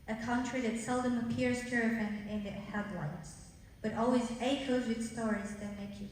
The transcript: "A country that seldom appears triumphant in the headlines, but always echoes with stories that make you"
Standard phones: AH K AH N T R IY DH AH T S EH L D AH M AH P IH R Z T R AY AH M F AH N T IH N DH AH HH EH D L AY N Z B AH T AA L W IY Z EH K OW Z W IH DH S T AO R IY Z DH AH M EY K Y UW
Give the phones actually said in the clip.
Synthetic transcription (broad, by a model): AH K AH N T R IY DH AH T S EH L D AH M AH P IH R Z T R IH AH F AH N IH N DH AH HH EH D L AY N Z B AH T AA L W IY Z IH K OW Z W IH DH S T AO R IY Z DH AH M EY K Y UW